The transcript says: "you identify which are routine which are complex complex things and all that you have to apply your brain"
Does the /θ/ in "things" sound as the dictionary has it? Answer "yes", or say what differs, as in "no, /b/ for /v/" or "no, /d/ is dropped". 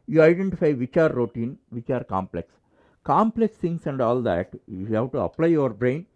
no, /t/ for /θ/